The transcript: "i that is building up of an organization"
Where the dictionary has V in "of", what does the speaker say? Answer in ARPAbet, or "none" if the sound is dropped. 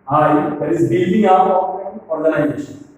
P